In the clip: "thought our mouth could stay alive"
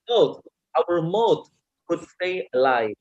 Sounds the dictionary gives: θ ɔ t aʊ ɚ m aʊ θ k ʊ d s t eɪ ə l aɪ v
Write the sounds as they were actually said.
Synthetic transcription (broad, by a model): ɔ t aʊ ɚ m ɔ t k ʊ d s t eɪ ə l aɪ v